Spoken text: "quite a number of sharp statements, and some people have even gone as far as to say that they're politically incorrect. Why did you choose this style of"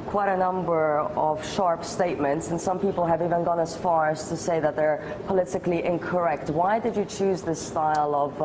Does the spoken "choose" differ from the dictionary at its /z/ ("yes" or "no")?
no